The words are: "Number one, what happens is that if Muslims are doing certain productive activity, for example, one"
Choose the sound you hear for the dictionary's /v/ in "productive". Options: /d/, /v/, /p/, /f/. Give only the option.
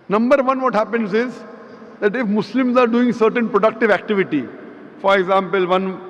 /v/